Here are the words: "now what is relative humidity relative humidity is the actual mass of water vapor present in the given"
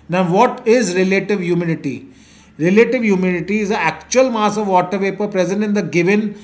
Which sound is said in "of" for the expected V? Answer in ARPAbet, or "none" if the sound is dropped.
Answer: V